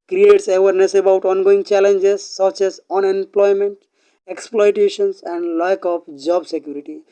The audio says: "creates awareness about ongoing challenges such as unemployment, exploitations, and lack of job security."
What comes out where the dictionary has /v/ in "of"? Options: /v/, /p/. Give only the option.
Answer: /p/